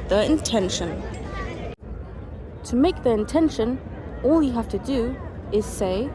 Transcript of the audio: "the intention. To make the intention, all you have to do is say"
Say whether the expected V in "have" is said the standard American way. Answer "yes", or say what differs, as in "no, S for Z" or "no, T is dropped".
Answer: no, F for V